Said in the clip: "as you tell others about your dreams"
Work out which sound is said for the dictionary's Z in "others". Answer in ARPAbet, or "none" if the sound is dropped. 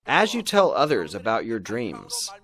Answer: Z